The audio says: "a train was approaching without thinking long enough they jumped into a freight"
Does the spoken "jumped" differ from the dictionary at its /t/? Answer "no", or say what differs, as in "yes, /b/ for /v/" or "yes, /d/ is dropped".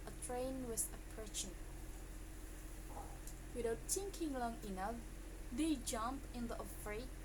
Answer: yes, /t/ is dropped